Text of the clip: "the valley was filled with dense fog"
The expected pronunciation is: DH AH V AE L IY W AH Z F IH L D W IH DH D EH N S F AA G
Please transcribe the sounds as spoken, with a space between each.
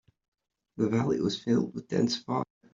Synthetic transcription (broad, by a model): DH AH V AE L IY W AH Z F IH L D W IH DH D EH N S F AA